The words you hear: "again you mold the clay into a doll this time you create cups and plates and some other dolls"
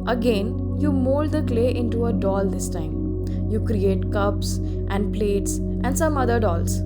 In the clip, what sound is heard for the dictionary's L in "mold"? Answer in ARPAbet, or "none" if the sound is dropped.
L